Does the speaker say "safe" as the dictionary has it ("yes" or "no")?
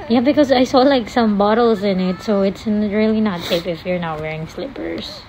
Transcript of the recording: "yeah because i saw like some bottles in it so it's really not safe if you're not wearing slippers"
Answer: no